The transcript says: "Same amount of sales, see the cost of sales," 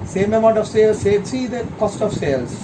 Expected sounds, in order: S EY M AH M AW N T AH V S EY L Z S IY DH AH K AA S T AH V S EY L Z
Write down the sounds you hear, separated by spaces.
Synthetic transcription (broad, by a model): S EY M AH M AW N T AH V S EY L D S IY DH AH K AA S T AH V S EY L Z